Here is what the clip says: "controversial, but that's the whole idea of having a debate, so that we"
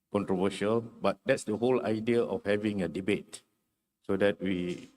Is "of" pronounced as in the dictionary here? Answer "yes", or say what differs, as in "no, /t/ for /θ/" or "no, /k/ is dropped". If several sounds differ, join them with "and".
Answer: no, /f/ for /v/